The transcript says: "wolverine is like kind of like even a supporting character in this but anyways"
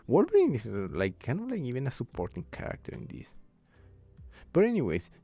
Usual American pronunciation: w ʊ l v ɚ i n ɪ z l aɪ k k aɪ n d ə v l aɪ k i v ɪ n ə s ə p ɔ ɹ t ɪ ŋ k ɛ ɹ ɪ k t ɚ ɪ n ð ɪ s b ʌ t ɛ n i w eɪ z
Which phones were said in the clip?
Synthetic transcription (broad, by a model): w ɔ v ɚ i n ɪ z l aɪ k k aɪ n ə l aɪ k i v ɪ n ə s ə p ɔ ɹ t ɪ ŋ k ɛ ɹ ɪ k t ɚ ɪ n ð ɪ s b ʌ t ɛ n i w eɪ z